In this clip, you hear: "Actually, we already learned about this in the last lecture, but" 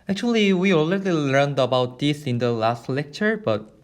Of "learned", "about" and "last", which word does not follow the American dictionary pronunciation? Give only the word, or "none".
none